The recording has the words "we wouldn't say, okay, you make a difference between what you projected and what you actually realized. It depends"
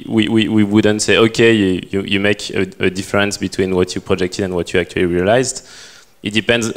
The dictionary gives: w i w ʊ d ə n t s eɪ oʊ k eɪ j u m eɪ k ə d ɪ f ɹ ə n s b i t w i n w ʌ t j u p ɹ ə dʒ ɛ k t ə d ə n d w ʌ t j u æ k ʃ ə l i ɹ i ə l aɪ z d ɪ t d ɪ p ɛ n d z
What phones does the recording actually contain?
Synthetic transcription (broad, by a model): w i w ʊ d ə n t s eɪ oʊ k eɪ j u m eɪ k ə d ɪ f ɹ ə n s b i t w i n w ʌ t j u p ɹ ə dʒ ɛ k t ə d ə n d w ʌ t j u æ k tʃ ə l i ɹ i ə l aɪ z d ɪ t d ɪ p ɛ n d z